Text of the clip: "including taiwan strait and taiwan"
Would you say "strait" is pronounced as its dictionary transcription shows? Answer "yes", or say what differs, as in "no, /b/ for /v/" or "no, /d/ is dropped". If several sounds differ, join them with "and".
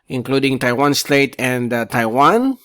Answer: no, /ɹ/ is dropped